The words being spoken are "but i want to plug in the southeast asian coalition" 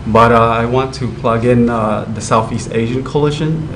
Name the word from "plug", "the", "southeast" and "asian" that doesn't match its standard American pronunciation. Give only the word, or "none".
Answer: none